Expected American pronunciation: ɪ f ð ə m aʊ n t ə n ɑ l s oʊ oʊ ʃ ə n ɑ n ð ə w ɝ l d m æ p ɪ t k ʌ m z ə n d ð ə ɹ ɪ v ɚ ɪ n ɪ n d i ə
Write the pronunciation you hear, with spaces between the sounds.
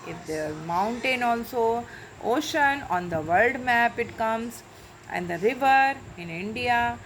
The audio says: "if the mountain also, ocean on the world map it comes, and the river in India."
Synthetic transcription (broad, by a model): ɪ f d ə m aʊ n t ə n ɑ l s oʊ oʊ ʃ ə n ɑ n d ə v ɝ l d m æ p ɪ t k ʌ m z ə n d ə ɹ ɪ v ɚ ɪ n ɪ n d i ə